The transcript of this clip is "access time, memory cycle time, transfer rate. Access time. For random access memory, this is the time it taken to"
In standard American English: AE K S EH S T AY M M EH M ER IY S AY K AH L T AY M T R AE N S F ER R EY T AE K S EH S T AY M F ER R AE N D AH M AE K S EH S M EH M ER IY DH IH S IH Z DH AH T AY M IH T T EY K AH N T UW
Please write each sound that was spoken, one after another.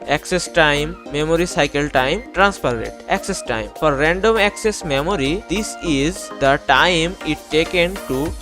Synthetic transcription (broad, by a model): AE K S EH S T AY M M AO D IY S AY K AH L T AY M T R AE N S P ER R EY T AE K S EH S T AY M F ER R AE N D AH M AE K S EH S M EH M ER IY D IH S IH Z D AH T AY M IH T T EY K AH N T UW